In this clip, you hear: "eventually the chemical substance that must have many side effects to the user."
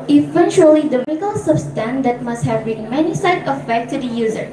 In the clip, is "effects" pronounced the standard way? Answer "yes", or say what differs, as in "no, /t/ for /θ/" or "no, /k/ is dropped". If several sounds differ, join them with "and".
no, /s/ is dropped